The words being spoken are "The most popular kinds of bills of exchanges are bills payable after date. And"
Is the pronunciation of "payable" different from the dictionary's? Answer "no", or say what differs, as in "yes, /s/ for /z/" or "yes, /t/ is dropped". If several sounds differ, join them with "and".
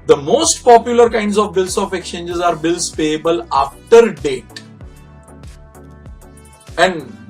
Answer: no